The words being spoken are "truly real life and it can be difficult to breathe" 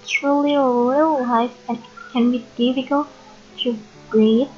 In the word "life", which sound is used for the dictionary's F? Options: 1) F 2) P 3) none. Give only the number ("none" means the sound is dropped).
3